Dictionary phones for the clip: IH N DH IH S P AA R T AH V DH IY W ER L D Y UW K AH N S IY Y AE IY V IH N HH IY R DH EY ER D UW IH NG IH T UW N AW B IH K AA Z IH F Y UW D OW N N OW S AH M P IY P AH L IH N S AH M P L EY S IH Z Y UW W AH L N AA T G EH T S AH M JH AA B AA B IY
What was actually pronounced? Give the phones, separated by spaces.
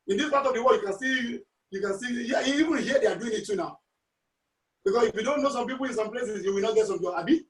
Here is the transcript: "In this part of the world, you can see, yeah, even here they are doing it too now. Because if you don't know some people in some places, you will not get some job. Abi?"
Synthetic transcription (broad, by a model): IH N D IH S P AA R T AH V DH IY W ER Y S Y UW K AH N S IY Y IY IY V IH N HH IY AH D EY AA D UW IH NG IH T UW N AW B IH K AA S IH F Y UW D OW N N OW S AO M P IY P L IH N S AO M P L EY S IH S Y UW W AH L N AA T G EH T S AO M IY AA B IY